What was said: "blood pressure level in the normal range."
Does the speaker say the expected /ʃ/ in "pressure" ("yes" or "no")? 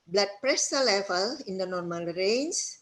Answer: no